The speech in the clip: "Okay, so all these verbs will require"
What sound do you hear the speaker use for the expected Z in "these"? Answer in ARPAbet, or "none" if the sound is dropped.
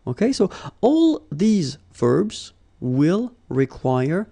Z